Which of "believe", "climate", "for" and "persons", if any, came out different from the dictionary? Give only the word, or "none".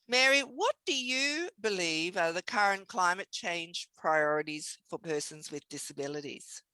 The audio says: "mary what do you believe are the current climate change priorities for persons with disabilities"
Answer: none